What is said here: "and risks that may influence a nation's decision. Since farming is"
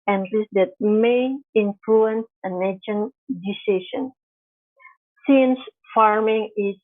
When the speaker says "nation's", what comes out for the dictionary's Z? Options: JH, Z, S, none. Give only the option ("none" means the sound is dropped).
none